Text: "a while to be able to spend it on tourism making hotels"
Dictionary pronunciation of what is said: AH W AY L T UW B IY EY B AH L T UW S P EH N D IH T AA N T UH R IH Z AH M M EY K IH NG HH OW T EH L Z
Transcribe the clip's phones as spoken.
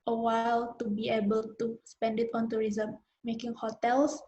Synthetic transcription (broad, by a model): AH W AY L T UW B IY EY B AH L T UW S P EH N D IH T AA N T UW R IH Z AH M M EY K IH NG HH OW T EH L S